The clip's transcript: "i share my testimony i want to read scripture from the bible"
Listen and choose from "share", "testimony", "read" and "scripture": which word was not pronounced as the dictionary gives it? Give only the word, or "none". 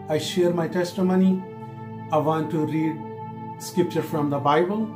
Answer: none